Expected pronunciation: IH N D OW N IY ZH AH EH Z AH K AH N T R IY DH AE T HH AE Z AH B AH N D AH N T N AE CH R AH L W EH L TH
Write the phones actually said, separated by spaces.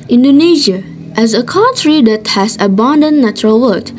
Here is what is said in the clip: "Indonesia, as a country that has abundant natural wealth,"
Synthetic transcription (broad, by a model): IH N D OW N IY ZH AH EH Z AH K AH N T R IY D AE T HH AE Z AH B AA N D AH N N AE CH R AH L W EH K